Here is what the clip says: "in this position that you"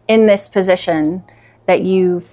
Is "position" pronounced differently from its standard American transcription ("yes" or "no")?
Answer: no